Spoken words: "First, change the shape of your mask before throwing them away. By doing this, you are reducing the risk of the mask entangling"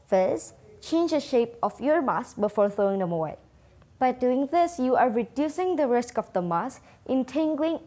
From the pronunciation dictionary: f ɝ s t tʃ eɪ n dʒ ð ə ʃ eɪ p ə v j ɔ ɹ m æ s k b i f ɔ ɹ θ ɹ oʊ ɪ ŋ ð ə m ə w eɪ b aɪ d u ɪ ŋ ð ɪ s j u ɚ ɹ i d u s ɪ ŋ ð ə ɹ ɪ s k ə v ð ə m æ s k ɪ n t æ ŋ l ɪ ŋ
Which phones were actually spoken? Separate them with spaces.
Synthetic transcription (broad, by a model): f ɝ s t tʃ eɪ n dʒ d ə ʃ eɪ p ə f j ɔ ɹ m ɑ s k b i f ɔ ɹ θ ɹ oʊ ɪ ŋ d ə m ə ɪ b aɪ d u ɪ ŋ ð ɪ s j u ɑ ɹ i d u s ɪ ŋ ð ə ɹ ɪ s k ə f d ə m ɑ s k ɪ n t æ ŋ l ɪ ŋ